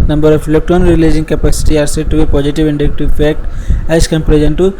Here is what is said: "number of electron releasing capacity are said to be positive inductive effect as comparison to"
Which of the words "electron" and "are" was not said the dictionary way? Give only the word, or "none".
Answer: electron